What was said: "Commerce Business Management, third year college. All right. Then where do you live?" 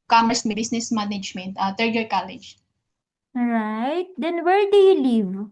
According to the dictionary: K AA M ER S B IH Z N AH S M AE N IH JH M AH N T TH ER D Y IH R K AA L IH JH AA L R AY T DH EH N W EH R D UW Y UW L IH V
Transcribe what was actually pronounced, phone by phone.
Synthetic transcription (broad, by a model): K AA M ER S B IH S N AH S M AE N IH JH M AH N T T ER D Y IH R K AA L IH JH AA R AY T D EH N W EH R D UW Y UW L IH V